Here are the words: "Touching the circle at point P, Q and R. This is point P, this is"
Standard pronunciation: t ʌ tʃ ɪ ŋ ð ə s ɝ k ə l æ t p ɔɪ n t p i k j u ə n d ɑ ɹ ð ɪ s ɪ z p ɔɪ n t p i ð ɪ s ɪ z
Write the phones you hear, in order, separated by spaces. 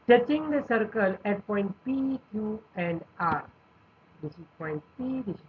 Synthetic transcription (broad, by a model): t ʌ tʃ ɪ ŋ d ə s ɝ k ə l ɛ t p ɔɪ n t p i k j u ə n d ɑ ɹ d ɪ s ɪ s p ɔɪ n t p i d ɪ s